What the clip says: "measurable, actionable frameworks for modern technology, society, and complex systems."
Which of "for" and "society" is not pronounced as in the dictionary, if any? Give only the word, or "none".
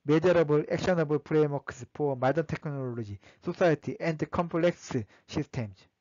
for